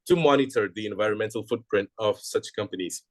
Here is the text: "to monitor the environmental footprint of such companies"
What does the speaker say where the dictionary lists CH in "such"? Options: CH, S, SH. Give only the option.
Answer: CH